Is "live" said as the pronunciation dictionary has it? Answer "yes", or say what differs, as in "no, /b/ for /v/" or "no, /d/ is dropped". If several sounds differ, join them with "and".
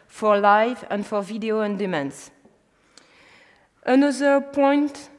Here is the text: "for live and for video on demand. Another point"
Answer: yes